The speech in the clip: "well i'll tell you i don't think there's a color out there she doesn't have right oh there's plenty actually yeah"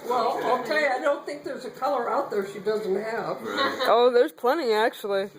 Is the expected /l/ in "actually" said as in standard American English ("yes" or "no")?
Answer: no